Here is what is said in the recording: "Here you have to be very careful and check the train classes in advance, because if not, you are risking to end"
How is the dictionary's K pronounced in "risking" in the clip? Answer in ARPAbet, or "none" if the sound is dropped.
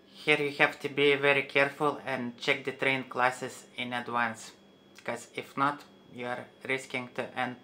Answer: K